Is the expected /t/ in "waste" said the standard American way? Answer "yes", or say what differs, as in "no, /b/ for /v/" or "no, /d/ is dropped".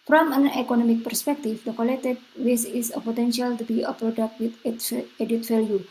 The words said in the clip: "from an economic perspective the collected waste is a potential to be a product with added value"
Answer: no, /t/ is dropped